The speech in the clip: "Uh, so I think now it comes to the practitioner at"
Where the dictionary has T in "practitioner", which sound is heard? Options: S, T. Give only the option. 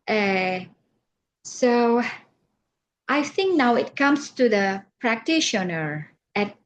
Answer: T